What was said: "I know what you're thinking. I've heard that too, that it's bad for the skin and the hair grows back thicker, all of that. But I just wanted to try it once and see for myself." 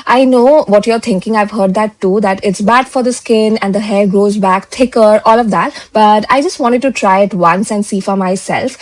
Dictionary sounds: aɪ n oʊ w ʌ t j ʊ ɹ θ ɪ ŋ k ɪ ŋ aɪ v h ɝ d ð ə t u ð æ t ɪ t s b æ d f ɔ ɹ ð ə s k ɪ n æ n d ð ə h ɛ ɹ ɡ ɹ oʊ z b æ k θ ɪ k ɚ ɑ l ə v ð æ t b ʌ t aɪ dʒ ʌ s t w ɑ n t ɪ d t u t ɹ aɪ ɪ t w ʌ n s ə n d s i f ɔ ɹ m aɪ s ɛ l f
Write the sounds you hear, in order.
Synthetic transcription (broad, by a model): aɪ n oʊ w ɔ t j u ɹ t ɪ ŋ k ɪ ŋ aɪ v h ɝ d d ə t u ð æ t ɪ t s b æ d f ɔ ɹ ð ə s k ɪ n æ n d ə h ɛ ɹ ɡ ɹ oʊ z b æ k t ɪ k ɚ ɑ l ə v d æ t b ʌ t aɪ dʒ ʌ s t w ɑ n t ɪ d t u t ɹ aɪ ɪ t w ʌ n s ə n d s i f ɔ ɹ m aɪ s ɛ l f